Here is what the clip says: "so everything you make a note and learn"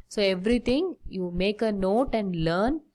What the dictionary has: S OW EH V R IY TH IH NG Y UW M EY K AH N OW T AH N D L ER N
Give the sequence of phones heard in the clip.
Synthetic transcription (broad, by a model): S OW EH V R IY T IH NG Y UW M EY K AH N OW T AH N D L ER N